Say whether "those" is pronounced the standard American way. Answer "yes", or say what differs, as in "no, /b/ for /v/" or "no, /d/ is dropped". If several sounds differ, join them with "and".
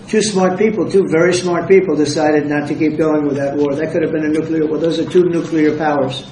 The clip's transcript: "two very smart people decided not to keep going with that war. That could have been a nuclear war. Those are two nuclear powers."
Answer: yes